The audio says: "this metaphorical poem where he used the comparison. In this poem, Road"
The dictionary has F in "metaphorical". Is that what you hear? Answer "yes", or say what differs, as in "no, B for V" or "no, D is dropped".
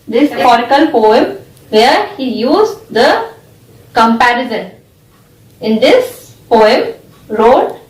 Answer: no, F is dropped